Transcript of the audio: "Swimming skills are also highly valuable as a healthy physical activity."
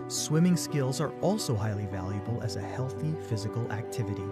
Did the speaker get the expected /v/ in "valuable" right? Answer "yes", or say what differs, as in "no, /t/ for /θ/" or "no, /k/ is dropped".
yes